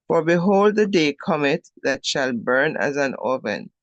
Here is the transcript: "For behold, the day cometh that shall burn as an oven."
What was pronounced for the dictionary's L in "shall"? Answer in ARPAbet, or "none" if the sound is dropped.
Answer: L